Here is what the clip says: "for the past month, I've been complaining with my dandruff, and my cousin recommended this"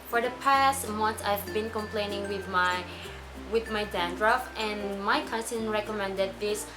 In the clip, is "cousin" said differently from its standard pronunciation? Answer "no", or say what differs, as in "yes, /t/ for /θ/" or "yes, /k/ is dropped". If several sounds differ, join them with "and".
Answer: yes, /s/ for /z/